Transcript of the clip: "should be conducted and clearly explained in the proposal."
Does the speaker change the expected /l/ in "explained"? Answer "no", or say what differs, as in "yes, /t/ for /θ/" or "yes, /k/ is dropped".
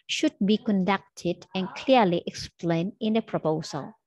no